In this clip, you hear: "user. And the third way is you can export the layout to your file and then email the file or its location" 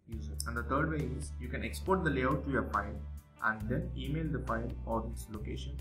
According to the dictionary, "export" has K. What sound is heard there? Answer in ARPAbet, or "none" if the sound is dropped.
K